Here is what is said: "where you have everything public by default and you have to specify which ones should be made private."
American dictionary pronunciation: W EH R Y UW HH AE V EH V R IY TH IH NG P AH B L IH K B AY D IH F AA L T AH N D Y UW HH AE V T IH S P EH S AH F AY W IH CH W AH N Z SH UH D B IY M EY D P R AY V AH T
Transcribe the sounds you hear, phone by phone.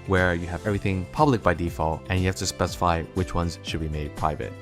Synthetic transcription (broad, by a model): W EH R Y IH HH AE V EH V R IY TH IH NG P AH B L IH K B AY D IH F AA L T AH N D Y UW HH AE F T IH S P EH S AH F AY W IH CH W AH N Z SH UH D B IY M EY D P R AY V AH T